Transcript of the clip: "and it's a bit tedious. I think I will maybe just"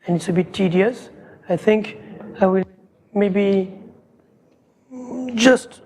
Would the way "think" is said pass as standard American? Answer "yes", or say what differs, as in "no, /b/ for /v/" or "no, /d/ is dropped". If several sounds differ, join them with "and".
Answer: yes